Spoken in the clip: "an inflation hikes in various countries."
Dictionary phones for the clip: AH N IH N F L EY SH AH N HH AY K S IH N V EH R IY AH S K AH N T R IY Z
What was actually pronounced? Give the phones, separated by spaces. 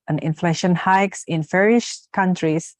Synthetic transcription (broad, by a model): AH N IH N F L EY SH AH N HH AY K S IH N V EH R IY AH SH K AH N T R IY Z